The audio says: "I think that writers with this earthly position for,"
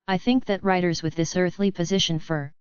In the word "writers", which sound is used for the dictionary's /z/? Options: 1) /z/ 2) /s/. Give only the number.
1